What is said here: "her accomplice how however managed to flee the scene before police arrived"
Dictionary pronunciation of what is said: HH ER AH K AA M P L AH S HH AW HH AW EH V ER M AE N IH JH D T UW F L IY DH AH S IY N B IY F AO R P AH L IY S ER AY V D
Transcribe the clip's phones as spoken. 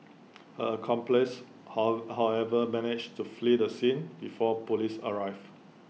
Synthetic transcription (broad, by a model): HH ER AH K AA M P L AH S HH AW HH AW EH V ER M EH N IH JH T UW F L IY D AH S IY N B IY F AO P AH L IY S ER AY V